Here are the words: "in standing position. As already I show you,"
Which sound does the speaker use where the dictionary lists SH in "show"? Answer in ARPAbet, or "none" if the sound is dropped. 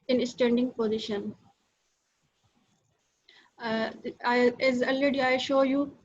SH